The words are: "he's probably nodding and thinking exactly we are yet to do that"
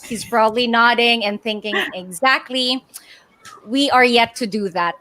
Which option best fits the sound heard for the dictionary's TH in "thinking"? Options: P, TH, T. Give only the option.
TH